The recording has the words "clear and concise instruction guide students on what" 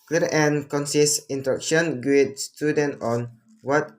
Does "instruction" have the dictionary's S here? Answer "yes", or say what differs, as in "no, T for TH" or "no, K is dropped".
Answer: no, S is dropped